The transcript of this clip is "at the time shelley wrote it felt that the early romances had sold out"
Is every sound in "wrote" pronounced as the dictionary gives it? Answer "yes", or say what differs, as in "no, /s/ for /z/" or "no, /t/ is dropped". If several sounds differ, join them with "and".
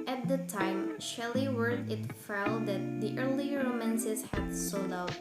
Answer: no, /w/ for /ɹ/